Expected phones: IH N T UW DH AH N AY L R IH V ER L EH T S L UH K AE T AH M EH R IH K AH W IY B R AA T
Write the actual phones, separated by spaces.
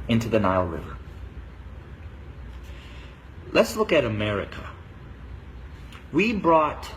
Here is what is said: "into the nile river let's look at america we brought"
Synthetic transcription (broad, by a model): IH N T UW DH AH N AY L R IH V ER L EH T S L UH K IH T AH M EH R IH K AH W IY B R AA T